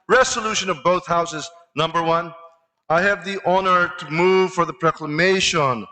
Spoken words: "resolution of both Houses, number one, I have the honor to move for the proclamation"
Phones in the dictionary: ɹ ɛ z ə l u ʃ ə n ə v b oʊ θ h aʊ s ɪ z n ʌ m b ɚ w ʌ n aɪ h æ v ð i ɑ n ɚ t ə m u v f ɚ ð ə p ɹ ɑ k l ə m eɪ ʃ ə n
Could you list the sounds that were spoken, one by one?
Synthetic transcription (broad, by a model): ɹ ɛ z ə l u ʃ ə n ə v b oʊ θ h aʊ s ɪ z n ʌ m b ɚ w ʌ n aɪ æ v ð i ɑ n ɚ t ə m u v f ɚ ð ə p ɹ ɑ k l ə m eɪ ʃ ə n